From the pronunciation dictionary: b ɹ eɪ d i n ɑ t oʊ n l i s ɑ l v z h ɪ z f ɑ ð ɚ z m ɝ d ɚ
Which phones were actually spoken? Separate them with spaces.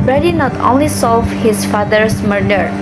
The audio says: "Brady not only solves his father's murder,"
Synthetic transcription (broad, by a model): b ɹ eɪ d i n ɑ t oʊ n l i s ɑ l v h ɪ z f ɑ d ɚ s m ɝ d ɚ